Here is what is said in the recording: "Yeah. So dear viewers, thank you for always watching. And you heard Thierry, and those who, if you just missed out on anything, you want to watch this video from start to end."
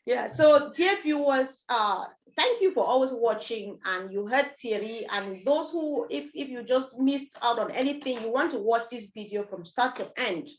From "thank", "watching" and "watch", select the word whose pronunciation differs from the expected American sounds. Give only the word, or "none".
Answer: none